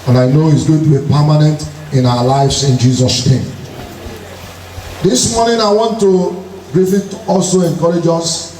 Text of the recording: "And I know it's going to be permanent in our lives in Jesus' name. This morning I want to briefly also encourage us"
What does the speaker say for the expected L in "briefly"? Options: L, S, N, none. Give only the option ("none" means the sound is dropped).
none